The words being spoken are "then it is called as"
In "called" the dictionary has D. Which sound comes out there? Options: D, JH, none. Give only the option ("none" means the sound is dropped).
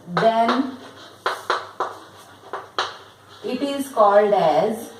D